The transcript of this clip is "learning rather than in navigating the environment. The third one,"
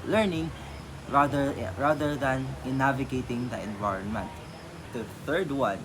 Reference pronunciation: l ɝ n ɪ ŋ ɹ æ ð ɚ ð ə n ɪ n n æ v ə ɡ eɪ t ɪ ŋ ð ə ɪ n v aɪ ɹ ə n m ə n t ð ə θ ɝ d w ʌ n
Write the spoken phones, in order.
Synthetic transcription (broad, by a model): l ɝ n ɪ ŋ ɹ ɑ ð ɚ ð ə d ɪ n n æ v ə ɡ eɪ t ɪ ŋ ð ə ɪ n v aɪ ɹ ə n m ə n t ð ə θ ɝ d w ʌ n